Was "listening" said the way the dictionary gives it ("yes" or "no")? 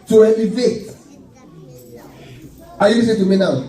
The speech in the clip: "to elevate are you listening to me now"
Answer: no